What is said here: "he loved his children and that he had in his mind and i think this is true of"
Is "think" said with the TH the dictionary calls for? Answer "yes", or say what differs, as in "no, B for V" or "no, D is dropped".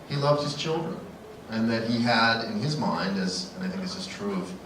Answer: yes